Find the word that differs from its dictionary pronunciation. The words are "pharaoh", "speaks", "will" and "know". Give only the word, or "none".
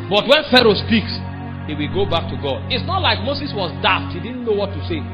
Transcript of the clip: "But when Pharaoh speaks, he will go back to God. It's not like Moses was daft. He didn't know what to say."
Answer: none